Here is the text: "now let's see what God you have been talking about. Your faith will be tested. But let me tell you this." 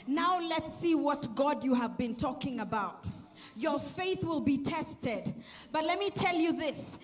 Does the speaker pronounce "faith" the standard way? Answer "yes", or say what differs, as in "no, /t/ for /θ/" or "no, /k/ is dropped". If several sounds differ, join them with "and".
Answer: yes